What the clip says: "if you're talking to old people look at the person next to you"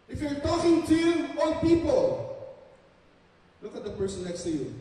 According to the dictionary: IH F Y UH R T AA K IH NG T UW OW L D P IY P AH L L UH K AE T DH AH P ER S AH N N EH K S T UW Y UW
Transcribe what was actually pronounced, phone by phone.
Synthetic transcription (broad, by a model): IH F Y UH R T AA K IH NG T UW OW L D P IY P AH L L UH K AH T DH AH P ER S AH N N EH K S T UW Y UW